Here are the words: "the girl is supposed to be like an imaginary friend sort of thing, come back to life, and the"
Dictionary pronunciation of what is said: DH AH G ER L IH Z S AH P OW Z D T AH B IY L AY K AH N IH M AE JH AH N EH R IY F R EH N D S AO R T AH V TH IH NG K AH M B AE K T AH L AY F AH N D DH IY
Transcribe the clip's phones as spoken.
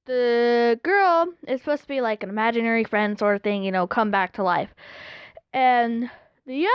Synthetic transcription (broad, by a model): DH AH G ER L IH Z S P OW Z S T AH B IY L AY K AH N IH M AE JH AH N EH R IY F R EH N D S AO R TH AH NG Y IH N K AH M B AE K T AH L AY F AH N DH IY